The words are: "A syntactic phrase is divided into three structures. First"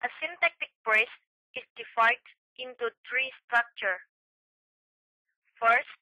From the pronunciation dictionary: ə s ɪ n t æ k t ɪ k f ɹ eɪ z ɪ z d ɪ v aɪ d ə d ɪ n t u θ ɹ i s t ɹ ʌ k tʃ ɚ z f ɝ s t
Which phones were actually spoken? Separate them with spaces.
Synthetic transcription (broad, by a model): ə s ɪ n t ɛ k t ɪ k p ɹ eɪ s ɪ s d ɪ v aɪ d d ɪ n t u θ ɹ i s t ɹ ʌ k tʃ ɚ f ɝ s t